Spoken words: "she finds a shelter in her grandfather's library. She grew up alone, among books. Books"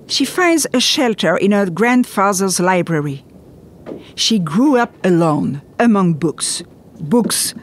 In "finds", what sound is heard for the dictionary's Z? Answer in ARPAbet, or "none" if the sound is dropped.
Z